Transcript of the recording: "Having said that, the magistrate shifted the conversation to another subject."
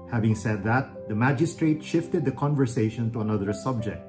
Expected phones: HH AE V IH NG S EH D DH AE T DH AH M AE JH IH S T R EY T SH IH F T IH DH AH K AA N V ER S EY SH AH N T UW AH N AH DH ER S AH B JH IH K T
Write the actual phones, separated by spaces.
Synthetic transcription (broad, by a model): HH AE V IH NG S EH D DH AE T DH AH M AE JH IH S T R EY T SH IH F T IH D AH K AA N V ER S EY SH AH N T UW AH N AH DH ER S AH B JH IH K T